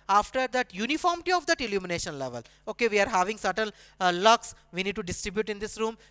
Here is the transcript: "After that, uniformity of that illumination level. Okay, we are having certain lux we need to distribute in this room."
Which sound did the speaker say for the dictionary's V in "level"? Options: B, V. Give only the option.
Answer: V